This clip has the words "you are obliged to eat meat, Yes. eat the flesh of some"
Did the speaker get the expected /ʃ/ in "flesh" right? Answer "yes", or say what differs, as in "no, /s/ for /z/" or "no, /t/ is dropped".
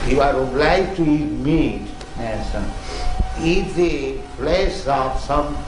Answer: no, /s/ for /ʃ/